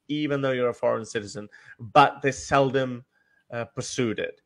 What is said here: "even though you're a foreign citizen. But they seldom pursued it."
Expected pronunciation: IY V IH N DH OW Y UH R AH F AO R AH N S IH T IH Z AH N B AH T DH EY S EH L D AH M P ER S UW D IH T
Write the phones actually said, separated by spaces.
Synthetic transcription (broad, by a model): IY V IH N DH OW Y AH R AH F AO R AH N S IH T IH Z AH N B AH T DH EY S EH L D AH M P ER S UW D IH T